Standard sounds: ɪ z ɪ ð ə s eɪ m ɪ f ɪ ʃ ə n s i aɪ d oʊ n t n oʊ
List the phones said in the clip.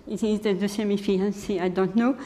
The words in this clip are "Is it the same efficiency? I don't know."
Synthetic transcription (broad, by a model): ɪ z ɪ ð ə s eɪ m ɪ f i ə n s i aɪ d oʊ n t n oʊ